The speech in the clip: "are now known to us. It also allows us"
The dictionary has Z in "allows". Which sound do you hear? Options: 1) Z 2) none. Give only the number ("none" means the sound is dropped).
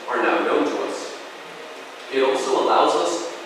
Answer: 1